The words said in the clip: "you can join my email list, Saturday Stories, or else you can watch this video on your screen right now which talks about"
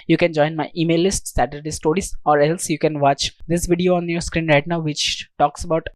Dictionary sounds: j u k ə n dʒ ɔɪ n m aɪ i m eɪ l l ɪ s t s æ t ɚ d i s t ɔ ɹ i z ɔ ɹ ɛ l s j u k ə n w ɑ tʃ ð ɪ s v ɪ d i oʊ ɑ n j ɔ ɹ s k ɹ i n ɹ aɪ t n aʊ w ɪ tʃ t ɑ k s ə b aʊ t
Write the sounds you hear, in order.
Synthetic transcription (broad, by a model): j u k ə n dʒ ɔɪ n m aɪ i m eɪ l l ɪ s t s æ t ɚ d i s t ɔ ɹ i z ɔ ɹ ɛ l s j u k ə n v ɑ tʃ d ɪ s v ɪ d i oʊ ɑ n j ɔ ɹ s k ɹ i n ɹ aɪ t n aʊ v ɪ tʃ t ɑ k s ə b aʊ t